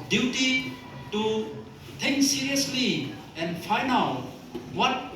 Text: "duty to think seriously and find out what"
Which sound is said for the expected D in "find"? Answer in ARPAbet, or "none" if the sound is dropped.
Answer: none